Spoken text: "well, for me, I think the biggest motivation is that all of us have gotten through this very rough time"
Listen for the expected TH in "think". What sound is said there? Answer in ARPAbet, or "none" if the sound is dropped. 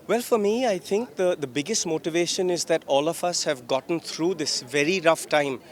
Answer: T